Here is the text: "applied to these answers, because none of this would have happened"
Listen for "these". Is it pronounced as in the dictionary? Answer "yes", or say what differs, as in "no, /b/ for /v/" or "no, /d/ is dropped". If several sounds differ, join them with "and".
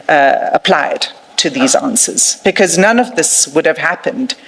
yes